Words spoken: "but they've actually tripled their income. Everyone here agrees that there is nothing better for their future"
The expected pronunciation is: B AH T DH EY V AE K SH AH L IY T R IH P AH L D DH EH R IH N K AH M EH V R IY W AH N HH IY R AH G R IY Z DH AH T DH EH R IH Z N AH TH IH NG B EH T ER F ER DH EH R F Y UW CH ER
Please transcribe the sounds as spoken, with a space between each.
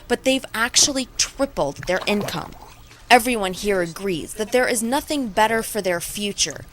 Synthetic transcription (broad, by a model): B AH T DH EY V AE K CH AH L IY T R IH P L D DH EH R IH N K AH M EH V R IY W AH N HH IY R AH G R IY Z DH AH T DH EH R IH Z N AH TH IH NG B EH T ER F ER DH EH R F Y UW CH ER